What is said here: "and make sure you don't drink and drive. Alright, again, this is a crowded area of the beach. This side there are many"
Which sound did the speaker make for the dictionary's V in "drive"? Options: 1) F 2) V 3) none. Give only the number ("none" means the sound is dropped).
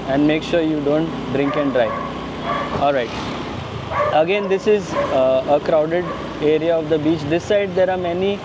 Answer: 3